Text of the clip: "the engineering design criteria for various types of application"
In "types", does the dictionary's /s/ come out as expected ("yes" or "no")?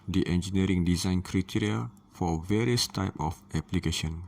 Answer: no